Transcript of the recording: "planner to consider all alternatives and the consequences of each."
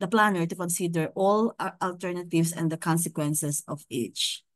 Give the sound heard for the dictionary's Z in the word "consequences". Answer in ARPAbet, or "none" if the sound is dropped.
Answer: S